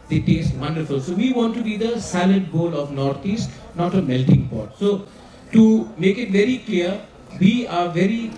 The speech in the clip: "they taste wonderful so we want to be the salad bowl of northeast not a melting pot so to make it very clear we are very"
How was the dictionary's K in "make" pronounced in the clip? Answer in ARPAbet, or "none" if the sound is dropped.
K